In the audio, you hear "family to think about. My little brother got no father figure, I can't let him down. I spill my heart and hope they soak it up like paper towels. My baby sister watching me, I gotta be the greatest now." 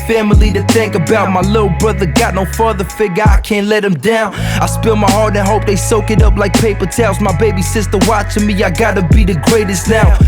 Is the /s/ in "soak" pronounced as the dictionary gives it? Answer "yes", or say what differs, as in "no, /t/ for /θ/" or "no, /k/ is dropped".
yes